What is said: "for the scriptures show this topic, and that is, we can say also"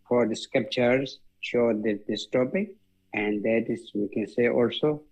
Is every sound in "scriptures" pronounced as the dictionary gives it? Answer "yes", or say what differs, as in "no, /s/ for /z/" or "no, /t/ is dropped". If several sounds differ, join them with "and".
no, /ɹ/ is dropped